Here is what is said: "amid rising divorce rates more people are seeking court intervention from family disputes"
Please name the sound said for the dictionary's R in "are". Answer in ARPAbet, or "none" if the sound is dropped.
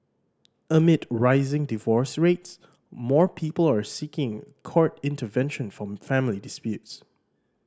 R